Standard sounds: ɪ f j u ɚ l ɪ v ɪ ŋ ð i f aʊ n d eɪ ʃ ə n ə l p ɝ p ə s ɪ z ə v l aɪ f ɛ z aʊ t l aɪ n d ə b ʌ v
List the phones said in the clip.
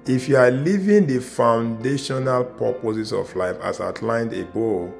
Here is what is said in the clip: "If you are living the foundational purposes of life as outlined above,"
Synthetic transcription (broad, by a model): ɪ f j u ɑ l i v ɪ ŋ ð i f aʊ n d eɪ ʃ ə n ə l p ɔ p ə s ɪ s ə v l aɪ f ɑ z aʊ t l aɪ n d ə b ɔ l